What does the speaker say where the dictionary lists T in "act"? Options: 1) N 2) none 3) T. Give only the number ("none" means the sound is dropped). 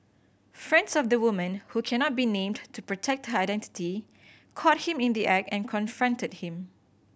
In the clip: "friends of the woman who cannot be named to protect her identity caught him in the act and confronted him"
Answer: 2